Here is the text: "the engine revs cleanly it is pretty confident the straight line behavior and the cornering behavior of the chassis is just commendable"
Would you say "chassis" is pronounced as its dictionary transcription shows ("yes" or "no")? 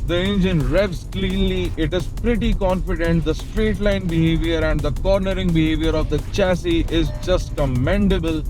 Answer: yes